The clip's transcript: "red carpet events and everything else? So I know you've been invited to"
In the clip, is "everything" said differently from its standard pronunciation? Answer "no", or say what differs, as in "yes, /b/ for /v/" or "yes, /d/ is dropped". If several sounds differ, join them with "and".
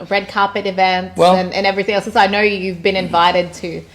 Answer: no